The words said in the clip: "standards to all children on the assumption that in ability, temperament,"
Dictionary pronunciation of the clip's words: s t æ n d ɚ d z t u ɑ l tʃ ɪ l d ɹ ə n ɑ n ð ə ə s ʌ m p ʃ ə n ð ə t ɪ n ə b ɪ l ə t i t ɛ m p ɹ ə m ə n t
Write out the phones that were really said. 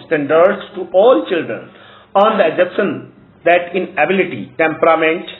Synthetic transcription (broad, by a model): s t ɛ n d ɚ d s t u ɑ l tʃ ɪ l d ɹ ə n ɑ n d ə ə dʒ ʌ p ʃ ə n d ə t ɪ n ə b ɪ l ə t i t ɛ m p ɹ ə m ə n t